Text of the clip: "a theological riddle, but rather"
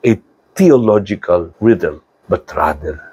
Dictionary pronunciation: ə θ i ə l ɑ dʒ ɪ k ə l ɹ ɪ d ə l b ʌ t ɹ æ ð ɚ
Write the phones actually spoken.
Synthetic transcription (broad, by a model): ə t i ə l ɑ dʒ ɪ k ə l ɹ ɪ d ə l b ʌ t ɹ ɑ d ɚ